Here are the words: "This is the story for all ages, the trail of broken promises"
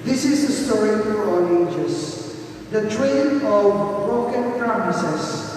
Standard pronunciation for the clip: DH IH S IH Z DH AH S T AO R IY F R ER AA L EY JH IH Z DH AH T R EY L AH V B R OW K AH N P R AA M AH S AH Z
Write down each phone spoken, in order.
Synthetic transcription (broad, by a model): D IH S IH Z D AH S T AO R IY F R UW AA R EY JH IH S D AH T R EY N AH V B R OW K AH N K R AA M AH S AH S